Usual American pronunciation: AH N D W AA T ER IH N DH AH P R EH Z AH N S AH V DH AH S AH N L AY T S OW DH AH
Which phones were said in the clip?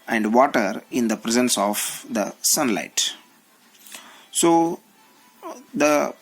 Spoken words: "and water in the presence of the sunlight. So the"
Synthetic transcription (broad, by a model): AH N D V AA T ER IH N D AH P R EH Z AH N S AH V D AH S AH N L AY T S OW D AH